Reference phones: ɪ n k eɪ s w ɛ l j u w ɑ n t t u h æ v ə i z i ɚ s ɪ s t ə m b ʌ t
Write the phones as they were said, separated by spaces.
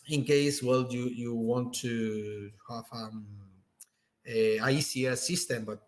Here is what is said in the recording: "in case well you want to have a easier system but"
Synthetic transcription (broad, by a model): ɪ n k eɪ s w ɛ l j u w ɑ n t t u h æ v ə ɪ s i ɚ s ɪ s t ə m b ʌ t